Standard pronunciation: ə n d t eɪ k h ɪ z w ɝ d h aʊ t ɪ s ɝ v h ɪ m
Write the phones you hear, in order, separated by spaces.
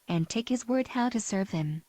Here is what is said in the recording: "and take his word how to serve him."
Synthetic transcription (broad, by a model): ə n t eɪ k h ɪ z w ɝ d h aʊ t ɪ s ɝ v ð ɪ m